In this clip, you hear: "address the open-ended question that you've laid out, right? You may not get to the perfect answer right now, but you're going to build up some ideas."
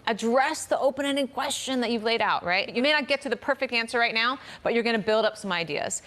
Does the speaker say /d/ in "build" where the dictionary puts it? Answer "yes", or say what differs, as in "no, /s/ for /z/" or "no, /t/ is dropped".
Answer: yes